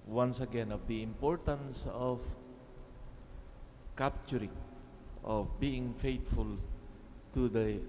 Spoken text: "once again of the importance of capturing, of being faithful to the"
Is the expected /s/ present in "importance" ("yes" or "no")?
yes